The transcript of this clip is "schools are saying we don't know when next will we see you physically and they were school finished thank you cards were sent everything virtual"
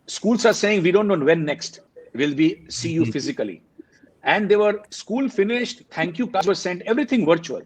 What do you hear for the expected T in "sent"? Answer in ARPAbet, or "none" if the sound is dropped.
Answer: T